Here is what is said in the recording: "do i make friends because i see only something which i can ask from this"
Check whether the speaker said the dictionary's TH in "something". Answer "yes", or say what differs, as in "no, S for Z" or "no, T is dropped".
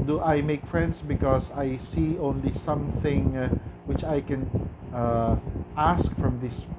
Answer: yes